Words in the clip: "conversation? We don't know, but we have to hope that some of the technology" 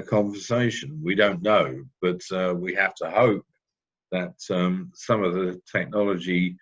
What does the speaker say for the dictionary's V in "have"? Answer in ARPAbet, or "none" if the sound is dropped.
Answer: F